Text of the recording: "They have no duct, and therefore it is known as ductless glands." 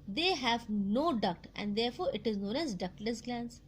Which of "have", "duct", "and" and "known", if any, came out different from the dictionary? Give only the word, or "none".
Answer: none